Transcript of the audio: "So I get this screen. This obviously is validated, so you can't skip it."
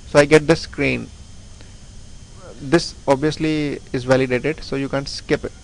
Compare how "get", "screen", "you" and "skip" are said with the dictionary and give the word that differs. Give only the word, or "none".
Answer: none